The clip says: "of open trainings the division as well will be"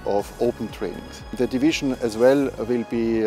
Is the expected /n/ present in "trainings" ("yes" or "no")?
no